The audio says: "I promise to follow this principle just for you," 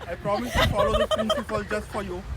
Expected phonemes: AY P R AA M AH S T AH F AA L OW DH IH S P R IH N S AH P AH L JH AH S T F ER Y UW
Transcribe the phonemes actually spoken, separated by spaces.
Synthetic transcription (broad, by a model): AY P R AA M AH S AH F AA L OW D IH P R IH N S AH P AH L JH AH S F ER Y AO